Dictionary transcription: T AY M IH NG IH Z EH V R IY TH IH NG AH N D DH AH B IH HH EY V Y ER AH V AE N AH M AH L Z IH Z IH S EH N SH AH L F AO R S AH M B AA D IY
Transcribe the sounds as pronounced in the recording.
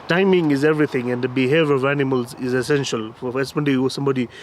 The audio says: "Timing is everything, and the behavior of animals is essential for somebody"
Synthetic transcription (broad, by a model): T AY M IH NG IH Z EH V R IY T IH NG AH N D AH B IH HH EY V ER AH V AE N AH M AH L Z IH Z IH S EH N SH AH L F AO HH S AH M B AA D IY